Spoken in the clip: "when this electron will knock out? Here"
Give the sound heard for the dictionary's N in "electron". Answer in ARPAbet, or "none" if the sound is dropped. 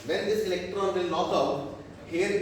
N